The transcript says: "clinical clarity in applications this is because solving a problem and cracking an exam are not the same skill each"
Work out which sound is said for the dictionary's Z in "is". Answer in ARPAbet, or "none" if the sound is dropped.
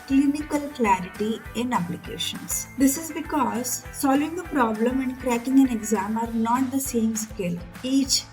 Z